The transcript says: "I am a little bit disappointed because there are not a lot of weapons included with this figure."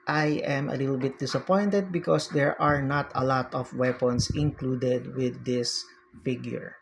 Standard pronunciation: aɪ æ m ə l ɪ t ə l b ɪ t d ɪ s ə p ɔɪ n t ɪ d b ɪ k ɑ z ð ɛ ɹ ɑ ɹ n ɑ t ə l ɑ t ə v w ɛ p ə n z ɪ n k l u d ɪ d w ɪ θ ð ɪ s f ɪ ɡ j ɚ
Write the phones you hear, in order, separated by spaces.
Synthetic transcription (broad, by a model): aɪ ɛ m ə l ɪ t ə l b ɪ t d ɪ s ə p ɔɪ n t ɪ d b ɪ k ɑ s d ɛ ɹ ɑ ɹ n ɑ t ə l ɑ t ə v w ɛ p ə n s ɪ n k l u d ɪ d w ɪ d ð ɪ s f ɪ ɡ j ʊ